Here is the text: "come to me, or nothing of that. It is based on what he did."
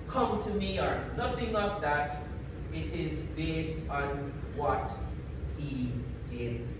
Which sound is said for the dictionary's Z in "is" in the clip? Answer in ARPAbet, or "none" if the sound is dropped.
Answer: Z